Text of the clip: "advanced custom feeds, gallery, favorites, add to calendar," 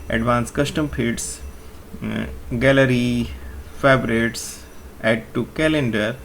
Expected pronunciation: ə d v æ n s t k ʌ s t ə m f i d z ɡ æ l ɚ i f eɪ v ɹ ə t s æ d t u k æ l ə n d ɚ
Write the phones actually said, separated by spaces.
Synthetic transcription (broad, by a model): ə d v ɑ n s k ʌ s t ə m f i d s ɡ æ l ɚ i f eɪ b ɹ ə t s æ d t u k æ l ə n d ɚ